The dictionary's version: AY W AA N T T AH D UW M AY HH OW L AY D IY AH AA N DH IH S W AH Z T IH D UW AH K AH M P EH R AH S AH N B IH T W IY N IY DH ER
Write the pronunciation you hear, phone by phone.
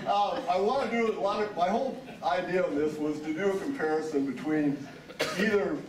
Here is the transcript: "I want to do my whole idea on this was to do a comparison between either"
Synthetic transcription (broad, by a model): AY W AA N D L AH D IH M AY HH OW L AY D IY AH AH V DH IH S W AH Z T IH D AH K AH M P EH R AH S AH N B IH T W IY N IY DH ER